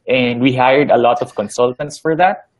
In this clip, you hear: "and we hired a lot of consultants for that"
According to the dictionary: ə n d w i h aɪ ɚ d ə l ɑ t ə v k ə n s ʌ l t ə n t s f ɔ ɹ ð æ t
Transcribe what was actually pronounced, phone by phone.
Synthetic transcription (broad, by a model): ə n d w i h aɪ ɚ d ə l ɑ t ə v k ə n s ʌ l t ə n t s f ɔ ɹ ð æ t